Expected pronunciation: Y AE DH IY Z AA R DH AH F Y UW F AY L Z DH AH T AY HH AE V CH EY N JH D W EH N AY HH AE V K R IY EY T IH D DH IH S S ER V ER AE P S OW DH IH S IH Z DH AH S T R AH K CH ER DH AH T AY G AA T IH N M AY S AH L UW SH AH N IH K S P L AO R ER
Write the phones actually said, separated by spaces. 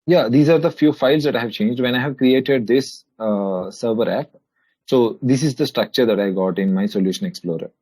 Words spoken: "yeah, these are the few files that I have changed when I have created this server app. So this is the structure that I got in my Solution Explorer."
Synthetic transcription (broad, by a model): Y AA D IY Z AA R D AH F Y UW F AY L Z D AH T AY HH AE V CH EY N JH D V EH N AY HH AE V K R IY EY T IH D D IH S S ER V ER AE P S OW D IH S IH Z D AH S T R AH K CH ER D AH T AY G AA T IH N M AY S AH L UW SH AH N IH K S P L AO R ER